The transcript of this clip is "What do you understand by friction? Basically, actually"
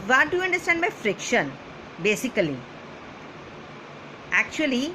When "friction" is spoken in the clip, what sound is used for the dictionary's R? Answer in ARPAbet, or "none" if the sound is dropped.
R